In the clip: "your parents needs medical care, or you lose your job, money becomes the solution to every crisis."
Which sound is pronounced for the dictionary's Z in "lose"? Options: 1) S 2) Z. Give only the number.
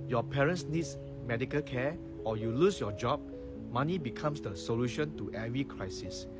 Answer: 1